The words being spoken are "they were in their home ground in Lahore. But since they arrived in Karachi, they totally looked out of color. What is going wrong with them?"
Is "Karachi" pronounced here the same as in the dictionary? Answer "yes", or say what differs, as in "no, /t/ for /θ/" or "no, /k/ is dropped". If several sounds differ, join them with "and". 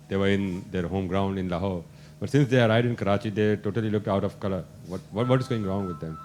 yes